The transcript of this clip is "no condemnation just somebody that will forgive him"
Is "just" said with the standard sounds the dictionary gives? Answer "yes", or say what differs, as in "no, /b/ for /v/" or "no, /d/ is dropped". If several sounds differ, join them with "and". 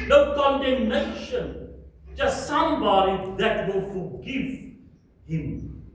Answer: no, /tʃ/ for /dʒ/